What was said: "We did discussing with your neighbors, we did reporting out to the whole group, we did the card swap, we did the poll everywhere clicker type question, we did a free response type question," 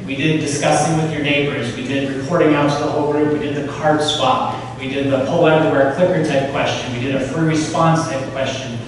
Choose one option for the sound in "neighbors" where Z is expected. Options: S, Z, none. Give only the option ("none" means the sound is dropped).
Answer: Z